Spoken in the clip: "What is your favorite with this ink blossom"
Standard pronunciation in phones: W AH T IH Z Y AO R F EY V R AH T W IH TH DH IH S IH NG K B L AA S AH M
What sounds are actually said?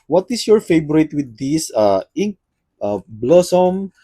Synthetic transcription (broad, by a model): W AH T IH S Y AO R F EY B R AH T W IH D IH S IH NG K B L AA S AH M